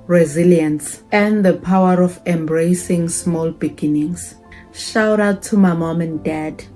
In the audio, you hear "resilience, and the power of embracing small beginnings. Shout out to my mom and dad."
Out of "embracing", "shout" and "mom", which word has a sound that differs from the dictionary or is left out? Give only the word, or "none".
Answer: none